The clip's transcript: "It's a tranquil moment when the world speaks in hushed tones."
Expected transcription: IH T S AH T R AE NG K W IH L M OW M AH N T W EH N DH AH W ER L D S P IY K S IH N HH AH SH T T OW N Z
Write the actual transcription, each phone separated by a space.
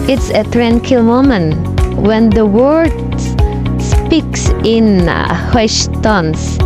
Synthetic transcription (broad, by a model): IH T S AH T R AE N K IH L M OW M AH N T W EH N DH AH W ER D S P IY K S IH N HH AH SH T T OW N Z